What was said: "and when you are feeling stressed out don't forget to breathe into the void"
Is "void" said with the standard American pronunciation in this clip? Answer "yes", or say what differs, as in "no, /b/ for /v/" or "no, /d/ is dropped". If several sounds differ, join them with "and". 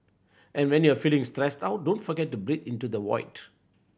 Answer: no, /w/ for /v/